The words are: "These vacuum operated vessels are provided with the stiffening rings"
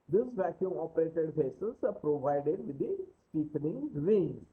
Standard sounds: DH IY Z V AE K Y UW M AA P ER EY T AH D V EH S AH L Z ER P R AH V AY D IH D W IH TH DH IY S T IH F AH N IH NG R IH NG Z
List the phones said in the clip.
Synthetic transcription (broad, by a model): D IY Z V AE K Y UW M AA P ER EY T AH D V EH S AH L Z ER P R AH V AY D IH D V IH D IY S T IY P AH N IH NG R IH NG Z